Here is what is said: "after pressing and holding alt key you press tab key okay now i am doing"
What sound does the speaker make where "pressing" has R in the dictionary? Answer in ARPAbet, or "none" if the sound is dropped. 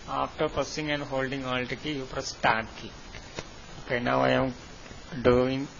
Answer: none